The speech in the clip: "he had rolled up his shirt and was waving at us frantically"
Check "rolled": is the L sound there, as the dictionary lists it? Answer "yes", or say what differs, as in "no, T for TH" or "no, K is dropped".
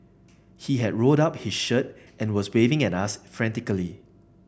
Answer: no, L is dropped